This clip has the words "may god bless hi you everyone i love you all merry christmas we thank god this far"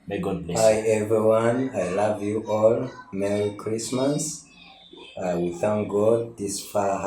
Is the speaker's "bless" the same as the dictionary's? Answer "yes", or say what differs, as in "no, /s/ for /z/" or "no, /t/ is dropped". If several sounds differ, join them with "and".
no, /s/ is dropped